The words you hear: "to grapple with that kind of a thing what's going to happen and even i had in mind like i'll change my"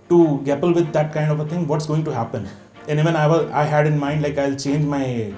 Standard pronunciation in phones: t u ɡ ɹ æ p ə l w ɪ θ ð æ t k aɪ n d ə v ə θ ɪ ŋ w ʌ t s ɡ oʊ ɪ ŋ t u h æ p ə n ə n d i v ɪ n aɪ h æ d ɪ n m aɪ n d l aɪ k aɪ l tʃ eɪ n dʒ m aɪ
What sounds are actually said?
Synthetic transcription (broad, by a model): t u ɡ æ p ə l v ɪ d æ t k aɪ n d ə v ə t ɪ ŋ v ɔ t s ɡ oʊ ɪ ŋ t u h æ p ə n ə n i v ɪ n aɪ h æ d ɪ n m aɪ n d l aɪ k aɪ l tʃ eɪ n dʒ m aɪ